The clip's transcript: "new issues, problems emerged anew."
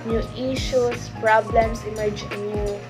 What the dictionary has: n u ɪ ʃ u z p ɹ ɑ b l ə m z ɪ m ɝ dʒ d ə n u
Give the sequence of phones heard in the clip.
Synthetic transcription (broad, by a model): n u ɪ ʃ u s p ɹ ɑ b l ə m s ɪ m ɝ dʒ ə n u